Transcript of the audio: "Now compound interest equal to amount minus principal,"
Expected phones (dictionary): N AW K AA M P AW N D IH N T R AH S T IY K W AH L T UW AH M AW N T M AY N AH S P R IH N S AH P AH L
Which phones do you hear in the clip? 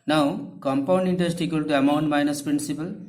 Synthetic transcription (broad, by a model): N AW K AA M P AW N D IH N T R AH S T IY K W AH L T UW AH M AW N T M AY N AH S P R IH N S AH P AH L